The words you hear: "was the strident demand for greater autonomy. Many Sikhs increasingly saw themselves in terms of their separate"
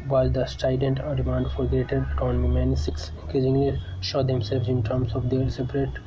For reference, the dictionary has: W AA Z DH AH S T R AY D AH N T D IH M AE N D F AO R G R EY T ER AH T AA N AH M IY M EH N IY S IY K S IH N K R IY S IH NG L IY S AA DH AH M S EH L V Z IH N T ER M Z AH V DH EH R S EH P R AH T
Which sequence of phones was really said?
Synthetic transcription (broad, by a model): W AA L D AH S T AY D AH N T D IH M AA N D F AO R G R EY T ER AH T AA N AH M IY M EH N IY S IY K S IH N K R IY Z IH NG L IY SH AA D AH M S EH L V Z IH N T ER M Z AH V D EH R S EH P R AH T